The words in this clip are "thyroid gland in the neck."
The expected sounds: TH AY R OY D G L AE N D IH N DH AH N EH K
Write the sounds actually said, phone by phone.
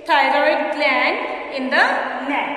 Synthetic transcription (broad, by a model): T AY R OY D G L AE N IH N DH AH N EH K